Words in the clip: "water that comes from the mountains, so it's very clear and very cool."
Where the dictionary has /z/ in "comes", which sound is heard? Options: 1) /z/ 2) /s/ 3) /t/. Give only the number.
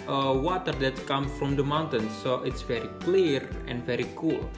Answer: 2